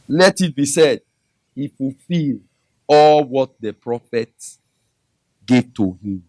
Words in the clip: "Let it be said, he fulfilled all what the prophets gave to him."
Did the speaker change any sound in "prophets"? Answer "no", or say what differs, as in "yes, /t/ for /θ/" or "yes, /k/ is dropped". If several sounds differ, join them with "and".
yes, /s/ is dropped